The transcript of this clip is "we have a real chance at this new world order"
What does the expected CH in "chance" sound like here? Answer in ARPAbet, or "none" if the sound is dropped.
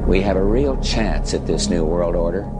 CH